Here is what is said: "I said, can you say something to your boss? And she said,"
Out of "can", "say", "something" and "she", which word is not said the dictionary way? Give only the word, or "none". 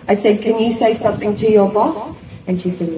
none